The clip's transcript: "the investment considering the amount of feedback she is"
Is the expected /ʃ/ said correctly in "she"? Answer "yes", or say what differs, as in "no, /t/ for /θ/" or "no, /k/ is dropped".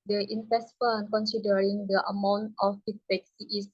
no, /s/ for /ʃ/